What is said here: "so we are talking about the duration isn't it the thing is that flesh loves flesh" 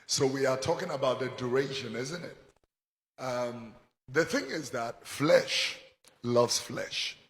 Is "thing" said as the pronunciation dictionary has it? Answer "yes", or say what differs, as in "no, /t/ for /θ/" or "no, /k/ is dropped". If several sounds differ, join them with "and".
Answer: yes